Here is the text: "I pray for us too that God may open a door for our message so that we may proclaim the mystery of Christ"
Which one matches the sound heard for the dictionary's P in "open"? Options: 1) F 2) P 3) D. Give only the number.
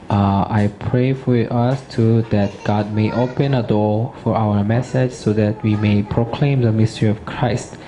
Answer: 2